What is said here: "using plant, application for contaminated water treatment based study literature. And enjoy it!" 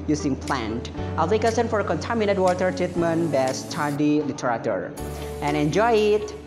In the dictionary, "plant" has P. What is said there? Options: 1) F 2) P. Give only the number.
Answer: 2